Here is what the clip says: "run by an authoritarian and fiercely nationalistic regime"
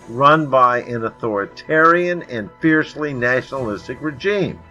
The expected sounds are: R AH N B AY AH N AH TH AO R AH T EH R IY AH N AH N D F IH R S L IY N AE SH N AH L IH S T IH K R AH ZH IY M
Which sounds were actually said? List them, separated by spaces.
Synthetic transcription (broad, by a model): R AH N B AY AH N AH TH AO R AH T EH R IY AH N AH N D F IH R S L IY N AE SH N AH L IH S T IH K R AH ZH IY M